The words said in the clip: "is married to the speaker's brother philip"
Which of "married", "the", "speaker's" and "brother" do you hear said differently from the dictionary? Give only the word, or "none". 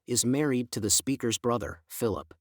none